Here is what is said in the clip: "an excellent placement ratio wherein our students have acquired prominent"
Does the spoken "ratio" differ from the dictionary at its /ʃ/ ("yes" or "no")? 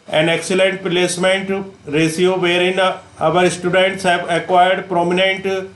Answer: yes